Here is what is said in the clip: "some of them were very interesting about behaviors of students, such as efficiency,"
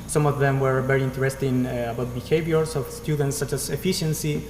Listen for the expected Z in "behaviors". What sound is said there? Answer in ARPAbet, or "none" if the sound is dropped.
S